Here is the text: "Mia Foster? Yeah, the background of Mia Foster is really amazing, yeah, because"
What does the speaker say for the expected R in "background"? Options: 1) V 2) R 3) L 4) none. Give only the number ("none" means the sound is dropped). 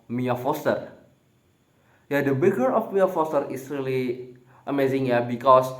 4